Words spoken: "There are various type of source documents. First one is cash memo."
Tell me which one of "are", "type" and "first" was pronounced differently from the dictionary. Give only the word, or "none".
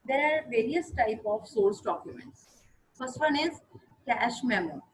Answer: none